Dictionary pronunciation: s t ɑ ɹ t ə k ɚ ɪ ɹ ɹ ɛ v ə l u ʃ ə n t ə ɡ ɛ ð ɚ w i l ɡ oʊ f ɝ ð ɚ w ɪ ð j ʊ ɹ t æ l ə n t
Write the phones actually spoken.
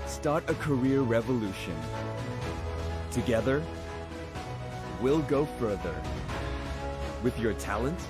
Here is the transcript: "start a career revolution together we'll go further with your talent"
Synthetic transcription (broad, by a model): s t ɑ ɹ t ə k ɚ ɪ ɹ ɹ ɛ v ə l u ʃ ə n t ə ɡ ɛ ð ɚ w i l ɡ oʊ f ɝ ð ɚ w ɪ ð j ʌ ɹ t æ l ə n t